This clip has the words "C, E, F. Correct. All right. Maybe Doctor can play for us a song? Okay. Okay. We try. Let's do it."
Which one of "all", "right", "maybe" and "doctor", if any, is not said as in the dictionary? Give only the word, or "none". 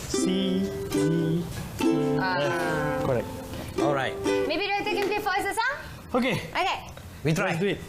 doctor